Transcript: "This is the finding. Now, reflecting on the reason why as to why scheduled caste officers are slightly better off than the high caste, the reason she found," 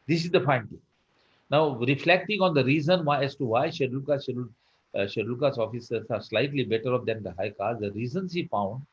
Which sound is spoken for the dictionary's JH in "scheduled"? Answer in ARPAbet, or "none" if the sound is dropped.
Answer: SH